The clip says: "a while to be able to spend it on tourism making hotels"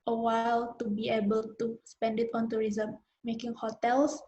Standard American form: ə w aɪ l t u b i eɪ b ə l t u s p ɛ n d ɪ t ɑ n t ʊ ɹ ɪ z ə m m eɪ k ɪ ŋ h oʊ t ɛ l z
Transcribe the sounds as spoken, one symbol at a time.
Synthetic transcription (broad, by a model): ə w aɪ l t u b i eɪ b ə l t u s p ɛ n d ɪ t ɑ n t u ɹ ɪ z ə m m eɪ k ɪ ŋ h oʊ t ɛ l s